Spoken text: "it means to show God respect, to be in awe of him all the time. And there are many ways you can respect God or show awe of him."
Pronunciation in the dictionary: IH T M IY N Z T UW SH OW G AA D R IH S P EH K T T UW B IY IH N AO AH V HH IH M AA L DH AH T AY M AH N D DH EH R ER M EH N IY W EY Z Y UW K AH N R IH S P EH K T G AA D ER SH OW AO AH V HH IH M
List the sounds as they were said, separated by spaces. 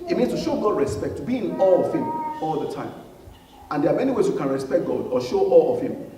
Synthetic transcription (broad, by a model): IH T M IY N S T UW SH OW G AA D R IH S P EH K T T UW B IY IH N AO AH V HH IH M AA L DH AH T AY M AH N D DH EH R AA M EH N IY W EY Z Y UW K AH N R IH S P EH K T G AA D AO SH OW AO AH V HH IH M